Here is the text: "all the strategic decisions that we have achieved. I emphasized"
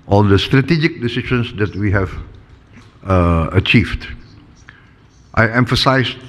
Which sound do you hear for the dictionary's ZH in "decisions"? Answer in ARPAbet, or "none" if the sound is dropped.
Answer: SH